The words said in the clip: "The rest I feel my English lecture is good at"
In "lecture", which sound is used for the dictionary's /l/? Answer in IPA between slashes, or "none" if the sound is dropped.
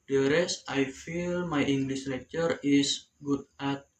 /n/